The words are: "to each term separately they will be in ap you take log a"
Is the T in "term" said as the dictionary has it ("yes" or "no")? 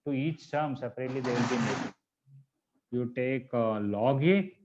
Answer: no